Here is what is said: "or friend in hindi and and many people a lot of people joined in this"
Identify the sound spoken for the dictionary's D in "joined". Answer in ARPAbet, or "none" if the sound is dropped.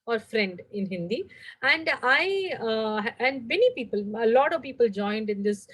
D